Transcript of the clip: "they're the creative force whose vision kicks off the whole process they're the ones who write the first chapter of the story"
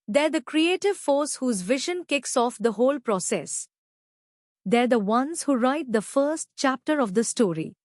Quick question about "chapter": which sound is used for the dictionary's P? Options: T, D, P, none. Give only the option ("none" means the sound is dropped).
P